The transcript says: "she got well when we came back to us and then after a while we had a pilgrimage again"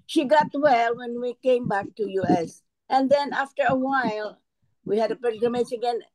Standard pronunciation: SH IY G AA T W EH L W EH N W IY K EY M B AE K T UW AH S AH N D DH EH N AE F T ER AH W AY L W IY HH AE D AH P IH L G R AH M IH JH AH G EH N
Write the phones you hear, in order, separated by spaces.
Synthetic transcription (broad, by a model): SH IY G AA T W EH L W EH N W IY K EY M B AE K T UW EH S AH N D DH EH N AE F T ER AH W AY L W IY HH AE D AH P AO G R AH M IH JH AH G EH N